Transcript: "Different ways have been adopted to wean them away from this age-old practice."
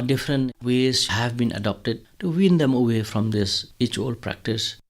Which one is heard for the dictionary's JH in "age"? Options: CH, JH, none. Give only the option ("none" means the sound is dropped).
CH